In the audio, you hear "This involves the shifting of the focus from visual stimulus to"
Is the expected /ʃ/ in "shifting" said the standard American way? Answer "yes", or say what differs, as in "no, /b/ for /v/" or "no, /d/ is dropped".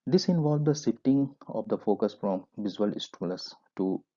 no, /s/ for /ʃ/